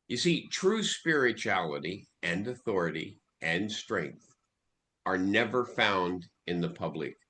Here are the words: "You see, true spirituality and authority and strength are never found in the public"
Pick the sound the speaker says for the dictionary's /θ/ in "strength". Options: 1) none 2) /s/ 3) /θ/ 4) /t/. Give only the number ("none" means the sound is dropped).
3